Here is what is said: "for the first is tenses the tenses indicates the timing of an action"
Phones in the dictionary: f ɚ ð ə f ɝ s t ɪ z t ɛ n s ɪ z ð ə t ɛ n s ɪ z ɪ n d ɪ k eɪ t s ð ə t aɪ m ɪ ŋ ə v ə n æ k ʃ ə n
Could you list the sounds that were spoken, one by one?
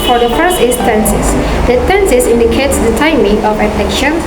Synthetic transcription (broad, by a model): f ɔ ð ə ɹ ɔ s ɪ s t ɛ n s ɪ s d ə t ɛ n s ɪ s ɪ n d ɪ k eɪ t s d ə t aɪ m ɪ ŋ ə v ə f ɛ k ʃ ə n